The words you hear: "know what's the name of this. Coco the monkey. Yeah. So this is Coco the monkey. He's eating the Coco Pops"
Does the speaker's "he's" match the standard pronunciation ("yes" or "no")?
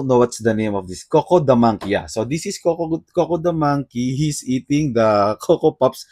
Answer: no